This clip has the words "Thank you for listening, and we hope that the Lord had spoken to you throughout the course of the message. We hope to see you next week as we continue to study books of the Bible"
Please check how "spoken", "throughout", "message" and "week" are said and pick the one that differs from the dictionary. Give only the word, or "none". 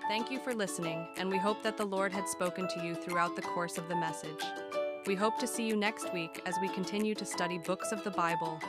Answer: none